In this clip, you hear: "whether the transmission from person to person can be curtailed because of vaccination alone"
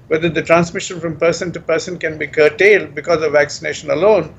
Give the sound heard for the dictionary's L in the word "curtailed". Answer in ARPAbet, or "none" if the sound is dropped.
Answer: L